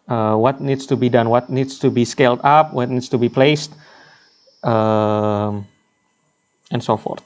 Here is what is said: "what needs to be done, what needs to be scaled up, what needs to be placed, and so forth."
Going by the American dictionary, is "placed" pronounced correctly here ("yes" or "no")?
yes